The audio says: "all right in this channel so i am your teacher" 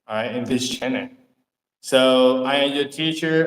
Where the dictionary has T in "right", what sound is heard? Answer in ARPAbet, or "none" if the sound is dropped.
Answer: none